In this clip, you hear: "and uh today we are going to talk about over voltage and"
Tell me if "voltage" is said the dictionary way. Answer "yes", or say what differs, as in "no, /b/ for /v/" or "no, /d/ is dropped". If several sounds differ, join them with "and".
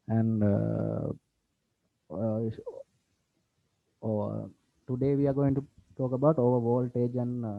yes